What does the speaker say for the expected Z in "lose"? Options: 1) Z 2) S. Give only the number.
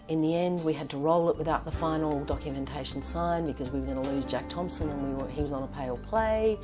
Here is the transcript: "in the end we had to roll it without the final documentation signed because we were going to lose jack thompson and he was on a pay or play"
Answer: 1